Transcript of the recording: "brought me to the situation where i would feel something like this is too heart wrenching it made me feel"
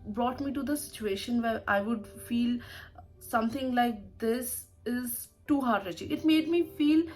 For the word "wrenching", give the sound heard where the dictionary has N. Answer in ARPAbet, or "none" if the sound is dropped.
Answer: none